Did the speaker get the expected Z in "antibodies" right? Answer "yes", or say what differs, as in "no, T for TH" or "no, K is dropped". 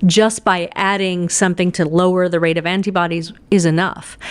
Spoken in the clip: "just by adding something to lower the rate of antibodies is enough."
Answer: yes